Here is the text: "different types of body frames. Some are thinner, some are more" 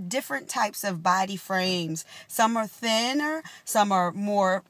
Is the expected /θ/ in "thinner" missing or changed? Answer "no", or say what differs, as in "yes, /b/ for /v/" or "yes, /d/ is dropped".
no